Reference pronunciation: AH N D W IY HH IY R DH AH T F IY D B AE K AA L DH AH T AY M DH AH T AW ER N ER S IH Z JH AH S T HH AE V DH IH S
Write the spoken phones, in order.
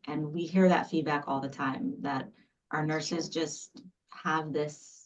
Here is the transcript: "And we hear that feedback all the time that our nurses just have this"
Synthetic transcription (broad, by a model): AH N W IY HH IY R DH AH T F IY D B AE K AA L DH AH T AY M DH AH T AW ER N ER S IH Z JH AH S T HH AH V DH IH S